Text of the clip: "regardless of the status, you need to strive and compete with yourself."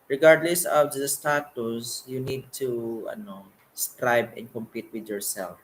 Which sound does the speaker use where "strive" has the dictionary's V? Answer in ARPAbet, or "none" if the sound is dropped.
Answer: B